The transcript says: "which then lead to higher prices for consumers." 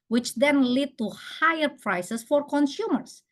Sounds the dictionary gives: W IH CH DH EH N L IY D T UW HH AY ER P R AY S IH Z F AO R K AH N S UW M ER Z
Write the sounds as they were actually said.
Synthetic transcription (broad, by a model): W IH CH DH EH N L IY D T UW HH AY ER P R AY S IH S F AO R K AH N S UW M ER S